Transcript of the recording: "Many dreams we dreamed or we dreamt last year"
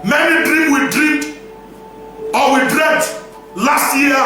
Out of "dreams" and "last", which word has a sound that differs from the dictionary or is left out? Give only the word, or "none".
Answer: dreams